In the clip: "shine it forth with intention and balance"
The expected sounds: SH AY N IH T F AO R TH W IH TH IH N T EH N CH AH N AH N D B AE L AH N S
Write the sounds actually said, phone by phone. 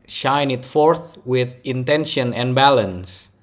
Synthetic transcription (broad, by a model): SH AY N IH T F AO R TH W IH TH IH N T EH N SH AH N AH N B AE L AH N S